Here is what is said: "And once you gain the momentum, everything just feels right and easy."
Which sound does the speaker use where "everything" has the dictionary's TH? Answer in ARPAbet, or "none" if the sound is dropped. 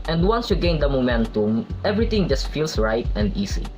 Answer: T